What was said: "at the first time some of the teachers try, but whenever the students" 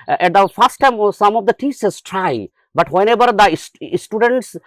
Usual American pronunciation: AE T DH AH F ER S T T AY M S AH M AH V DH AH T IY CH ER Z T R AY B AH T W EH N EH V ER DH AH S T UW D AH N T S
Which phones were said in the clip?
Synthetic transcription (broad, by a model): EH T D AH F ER S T T AY M S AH M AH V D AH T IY S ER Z T R AY B AH T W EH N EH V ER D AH S T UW D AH N T S